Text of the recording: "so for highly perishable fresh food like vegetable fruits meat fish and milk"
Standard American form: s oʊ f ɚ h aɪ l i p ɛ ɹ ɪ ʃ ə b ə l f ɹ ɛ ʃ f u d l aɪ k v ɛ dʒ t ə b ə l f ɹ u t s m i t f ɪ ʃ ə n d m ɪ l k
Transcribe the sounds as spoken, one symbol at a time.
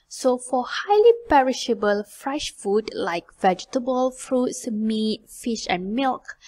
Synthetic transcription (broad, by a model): s oʊ f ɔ h aɪ l i p ɛ ɹ ɪ ʃ ə b ə l f ɹ ɛ ʃ f u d l aɪ k v ɛ dʒ t ə b ə l f ɹ u t s m i t f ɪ ʃ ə n m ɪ l k